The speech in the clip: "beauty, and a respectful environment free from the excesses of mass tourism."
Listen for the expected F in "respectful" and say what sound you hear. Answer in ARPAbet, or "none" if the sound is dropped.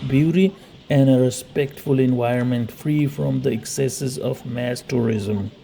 F